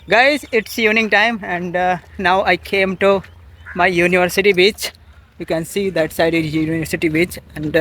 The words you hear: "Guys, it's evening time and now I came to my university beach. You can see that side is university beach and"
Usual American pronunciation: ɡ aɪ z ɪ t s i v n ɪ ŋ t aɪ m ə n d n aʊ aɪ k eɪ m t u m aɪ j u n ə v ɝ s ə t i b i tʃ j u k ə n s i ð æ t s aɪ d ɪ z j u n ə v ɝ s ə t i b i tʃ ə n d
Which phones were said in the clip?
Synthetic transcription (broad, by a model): ɡ aɪ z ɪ t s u n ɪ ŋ t aɪ m ə n d n aʊ aɪ k eɪ m t u m aɪ j u n ə v ɝ s ə t i b i tʃ j u k ə n s i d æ t s aɪ d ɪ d j u n ə v ɝ s ə t i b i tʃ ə n d